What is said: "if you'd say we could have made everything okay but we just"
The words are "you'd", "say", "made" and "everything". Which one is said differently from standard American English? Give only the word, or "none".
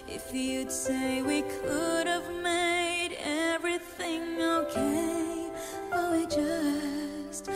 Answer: none